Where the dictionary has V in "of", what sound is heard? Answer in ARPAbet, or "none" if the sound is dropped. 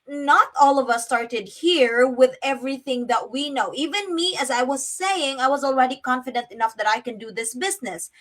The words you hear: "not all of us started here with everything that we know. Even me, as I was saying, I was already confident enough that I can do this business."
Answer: V